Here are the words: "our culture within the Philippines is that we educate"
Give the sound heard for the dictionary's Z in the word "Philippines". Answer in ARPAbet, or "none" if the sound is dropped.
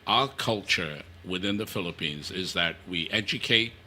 Z